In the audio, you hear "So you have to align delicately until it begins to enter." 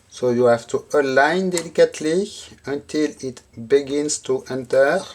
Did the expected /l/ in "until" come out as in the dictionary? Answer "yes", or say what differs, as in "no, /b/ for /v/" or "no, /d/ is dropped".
yes